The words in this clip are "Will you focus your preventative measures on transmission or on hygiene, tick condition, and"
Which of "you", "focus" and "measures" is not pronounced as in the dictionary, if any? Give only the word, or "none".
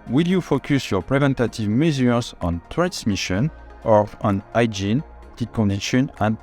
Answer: measures